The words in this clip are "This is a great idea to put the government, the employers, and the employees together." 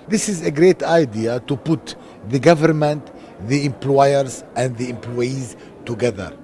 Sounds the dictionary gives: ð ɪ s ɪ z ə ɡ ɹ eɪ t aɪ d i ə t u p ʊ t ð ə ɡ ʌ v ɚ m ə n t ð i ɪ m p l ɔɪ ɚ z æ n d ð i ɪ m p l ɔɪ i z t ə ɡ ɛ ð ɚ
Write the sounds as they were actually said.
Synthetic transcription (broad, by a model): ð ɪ s ɪ z ə ɡ ɹ eɪ t aɪ d i ə t u p ʊ t ð ə ɡ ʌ v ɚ m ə n t ð i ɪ m p l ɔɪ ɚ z æ n d ð i ɪ m p l ɔɪ i z t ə ɡ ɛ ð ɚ